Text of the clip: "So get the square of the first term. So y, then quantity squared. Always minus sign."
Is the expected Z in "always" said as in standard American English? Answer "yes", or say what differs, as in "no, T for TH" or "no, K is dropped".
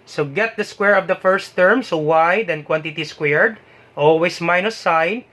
no, S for Z